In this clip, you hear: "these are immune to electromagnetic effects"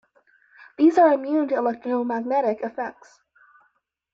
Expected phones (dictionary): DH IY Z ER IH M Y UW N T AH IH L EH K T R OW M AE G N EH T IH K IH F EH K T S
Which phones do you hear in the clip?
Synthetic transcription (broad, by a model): DH IY Z ER IH M Y UW N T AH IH L EH K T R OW M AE G N EH T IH K IH F EH K T S